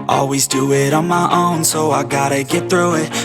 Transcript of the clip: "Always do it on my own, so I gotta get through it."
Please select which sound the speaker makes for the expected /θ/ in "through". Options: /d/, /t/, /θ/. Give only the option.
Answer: /θ/